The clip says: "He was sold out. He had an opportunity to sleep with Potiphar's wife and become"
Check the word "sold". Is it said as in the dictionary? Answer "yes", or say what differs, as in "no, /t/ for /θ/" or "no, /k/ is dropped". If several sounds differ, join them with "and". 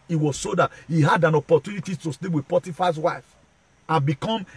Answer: no, /l/ is dropped